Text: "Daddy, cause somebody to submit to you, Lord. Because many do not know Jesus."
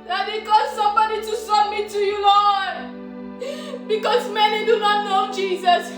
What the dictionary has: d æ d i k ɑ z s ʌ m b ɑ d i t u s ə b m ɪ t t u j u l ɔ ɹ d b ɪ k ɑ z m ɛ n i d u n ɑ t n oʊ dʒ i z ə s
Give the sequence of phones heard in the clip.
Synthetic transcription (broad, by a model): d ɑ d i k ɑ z s ʌ m b ɑ d i t u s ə m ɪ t t u j u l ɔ b ɪ k ɑ z m ɛ n i d u n ɑ t n oʊ dʒ i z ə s